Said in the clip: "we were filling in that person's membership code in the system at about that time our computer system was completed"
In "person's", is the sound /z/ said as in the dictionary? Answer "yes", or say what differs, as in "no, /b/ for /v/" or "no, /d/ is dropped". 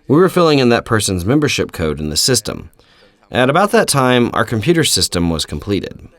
yes